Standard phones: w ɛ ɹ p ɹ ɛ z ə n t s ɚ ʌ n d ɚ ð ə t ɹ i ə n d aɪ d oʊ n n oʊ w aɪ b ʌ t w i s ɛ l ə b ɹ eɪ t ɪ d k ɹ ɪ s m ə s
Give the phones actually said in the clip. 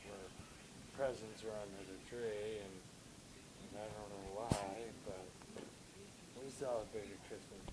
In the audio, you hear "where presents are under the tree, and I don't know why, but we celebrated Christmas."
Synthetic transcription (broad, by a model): w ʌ ɹ p ɹ ɛ z ə n t s ɚ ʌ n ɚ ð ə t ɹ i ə n aɪ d oʊ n n oʊ w aɪ b ʌ t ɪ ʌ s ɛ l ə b eɪ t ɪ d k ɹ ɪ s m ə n